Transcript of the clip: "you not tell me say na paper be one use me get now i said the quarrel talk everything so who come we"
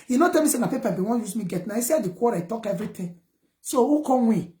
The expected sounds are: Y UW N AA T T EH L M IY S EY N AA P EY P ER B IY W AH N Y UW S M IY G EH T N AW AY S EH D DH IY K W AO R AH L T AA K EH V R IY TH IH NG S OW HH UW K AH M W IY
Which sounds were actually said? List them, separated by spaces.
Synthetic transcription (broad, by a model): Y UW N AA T T EH L M IY S EY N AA P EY P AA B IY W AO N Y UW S M IY G EH T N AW AY S EH D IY K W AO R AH T AA K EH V R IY T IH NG S OW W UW K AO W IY